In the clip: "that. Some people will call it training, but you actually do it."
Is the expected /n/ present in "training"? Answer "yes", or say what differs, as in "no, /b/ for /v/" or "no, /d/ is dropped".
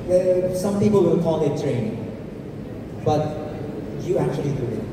no, /n/ is dropped